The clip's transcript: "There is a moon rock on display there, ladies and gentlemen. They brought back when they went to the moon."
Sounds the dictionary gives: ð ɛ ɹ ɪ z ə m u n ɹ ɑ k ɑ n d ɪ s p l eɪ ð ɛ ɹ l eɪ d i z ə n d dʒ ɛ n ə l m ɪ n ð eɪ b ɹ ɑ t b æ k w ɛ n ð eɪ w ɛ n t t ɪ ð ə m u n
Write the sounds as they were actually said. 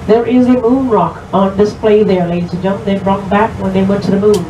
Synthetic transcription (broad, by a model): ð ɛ ɹ ɪ z ə m u n ɹ ɑ k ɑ n d ɪ s p l eɪ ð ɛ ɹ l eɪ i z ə dʒ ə m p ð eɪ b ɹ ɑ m b æ k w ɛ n ð eɪ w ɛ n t t ɪ ð ə m u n